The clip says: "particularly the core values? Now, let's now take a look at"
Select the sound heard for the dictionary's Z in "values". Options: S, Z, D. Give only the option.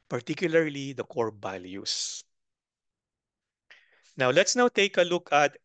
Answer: S